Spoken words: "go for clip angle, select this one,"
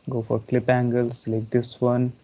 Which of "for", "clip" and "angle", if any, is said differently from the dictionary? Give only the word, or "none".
none